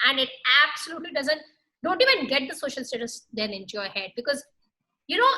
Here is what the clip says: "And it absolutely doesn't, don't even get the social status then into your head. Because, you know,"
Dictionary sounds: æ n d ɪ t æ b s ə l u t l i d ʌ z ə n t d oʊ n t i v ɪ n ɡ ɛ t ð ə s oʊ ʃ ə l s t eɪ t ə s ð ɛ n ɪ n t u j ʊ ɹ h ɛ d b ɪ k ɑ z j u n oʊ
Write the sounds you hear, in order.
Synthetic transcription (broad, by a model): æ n d ɪ t æ b s ə l u t l i d ʌ z ə n t d oʊ n t i v ɪ n ɡ ɛ t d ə s oʊ ʃ ə l s t eɪ t ə s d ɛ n ɪ n t u j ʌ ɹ h ɛ d b ɪ k ɑ z j u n oʊ